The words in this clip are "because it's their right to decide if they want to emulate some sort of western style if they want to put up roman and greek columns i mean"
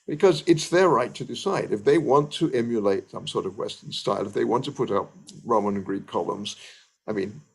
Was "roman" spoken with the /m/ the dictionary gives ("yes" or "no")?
no